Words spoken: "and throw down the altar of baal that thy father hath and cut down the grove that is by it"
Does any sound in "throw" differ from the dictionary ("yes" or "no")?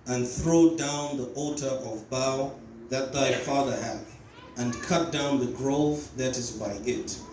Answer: no